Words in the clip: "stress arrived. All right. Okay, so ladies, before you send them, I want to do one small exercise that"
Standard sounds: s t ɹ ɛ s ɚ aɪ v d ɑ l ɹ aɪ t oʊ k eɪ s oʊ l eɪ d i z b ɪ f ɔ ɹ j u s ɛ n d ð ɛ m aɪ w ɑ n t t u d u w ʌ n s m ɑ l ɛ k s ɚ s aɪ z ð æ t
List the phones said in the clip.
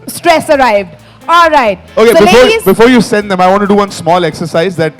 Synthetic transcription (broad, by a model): s t ɹ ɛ s ɚ aɪ v d ɑ l ɹ aɪ t oʊ k eɪ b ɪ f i b ɪ f ɔ ɹ j u s ɛ n d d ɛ m aɪ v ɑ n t t u d u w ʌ n s m ɑ l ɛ k s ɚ s aɪ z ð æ t